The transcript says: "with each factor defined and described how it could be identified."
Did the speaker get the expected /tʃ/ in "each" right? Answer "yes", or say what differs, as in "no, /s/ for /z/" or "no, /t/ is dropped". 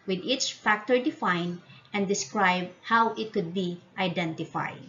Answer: yes